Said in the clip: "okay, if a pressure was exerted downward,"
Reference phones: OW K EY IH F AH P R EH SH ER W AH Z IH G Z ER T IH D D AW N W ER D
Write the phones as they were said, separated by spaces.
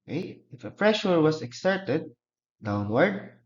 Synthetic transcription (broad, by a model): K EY IH F AH F R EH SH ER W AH S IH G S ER T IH D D AW N W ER D